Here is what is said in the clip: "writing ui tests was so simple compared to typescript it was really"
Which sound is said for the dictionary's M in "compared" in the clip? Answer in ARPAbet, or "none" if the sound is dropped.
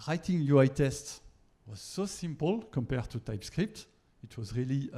M